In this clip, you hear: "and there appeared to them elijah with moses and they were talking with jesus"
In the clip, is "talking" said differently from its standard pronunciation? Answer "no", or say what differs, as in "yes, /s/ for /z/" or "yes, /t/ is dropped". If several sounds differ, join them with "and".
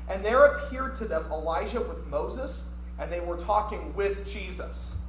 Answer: no